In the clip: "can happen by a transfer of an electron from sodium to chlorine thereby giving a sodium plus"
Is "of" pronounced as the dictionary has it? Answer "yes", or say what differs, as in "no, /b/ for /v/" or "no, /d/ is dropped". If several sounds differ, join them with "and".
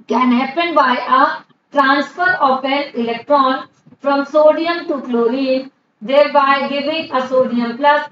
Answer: no, /p/ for /v/